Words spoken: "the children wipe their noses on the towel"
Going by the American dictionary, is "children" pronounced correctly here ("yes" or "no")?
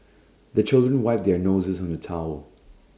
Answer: yes